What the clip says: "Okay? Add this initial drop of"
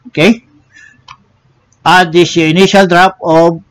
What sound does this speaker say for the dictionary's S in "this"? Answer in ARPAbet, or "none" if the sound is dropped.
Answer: none